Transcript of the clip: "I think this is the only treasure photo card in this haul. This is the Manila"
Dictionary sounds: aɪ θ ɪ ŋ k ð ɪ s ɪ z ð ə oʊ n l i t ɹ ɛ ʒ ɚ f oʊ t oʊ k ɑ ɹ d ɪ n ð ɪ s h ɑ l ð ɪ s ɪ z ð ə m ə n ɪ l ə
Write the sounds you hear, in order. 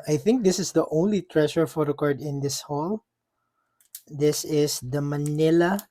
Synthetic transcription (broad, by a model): aɪ θ ɪ ŋ k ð ɪ s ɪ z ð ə oʊ n l i t ɹ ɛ ʃ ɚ f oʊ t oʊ k ɑ ɹ d ɪ n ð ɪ s h ɑ l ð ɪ s ɪ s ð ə m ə n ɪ l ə